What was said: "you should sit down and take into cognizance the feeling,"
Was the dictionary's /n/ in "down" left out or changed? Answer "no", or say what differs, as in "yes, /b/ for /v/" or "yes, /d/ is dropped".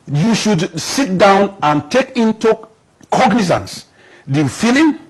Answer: no